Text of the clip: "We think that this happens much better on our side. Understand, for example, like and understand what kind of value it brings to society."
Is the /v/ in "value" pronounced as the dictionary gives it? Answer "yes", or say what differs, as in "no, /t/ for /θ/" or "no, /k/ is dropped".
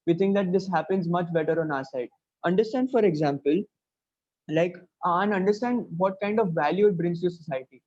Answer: yes